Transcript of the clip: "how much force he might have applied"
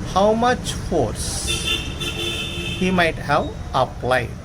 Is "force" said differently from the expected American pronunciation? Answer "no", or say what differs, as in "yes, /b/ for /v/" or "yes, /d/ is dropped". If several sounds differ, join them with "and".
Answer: no